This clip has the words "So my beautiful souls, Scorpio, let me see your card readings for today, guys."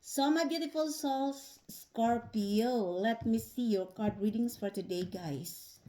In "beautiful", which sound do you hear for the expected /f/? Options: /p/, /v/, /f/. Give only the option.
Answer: /f/